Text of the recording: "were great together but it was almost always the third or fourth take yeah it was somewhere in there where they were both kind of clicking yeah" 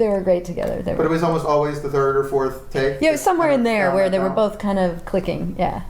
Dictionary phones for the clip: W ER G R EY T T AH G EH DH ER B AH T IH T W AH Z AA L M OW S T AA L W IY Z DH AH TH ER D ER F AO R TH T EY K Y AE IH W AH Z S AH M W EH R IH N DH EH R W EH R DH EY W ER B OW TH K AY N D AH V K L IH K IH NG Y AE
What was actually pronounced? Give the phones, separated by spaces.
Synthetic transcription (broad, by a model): W ER G R EY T T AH G EH DH ER B AH T IH T W AH Z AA L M OW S T AA L W IY Z DH AH TH ER D ER F AO R TH T EY K Y AE S AH M W EH R IH N DH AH R W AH R DH EY W ER B OW TH K AY N D AH V K L IH K IH NG Y AE